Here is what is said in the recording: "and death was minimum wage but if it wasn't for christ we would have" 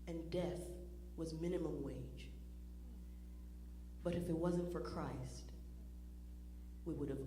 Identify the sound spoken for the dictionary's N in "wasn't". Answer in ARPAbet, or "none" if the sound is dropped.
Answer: N